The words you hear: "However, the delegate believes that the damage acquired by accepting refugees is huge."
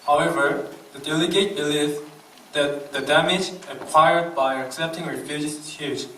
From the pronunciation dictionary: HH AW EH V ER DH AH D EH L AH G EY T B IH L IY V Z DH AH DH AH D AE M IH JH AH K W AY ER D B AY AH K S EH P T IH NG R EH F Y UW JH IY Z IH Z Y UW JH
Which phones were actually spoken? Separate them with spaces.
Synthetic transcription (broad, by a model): HH AW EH V ER DH AH D EH L AH G EY T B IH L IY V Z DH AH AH D AE M IH JH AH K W AY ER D B AY AH K S EH P T IH NG R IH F Y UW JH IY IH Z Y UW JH